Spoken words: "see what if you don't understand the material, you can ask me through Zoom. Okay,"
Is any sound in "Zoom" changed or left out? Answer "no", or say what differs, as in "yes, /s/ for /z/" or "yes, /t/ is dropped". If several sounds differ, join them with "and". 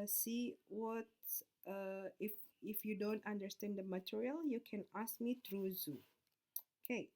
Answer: yes, /m/ is dropped